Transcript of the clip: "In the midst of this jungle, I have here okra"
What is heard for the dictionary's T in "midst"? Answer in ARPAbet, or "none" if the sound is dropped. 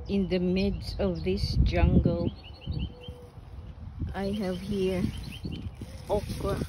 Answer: none